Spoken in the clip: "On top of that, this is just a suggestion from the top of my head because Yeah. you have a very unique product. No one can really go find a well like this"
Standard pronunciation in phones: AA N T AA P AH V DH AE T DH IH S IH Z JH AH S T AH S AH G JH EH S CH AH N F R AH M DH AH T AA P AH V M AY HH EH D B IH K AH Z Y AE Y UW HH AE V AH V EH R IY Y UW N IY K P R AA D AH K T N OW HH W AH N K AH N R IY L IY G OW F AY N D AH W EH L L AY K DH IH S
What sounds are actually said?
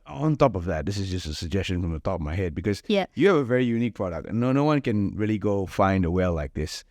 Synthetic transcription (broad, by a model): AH N T AA P AH V DH AE T DH IH S IH Z JH AH S T AH S AH G JH EH S CH AH N F R AH M DH AH T AA P AH V M AY HH EH D B IH K AH Z Y AE Y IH V AH V EH R IY Y UW N IY K P R AA D AH K T N OW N W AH N K AH N R IY L IY G OW F AY N D AH W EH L L AY K DH IH S